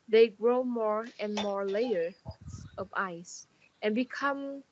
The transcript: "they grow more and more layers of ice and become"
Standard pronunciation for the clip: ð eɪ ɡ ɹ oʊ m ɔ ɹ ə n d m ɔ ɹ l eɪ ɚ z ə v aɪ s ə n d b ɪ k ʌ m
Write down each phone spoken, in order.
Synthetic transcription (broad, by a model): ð eɪ ɡ ɹ oʊ m ɔ ɹ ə n m ɔ ɹ l eɪ ɚ ə v aɪ s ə n b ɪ k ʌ m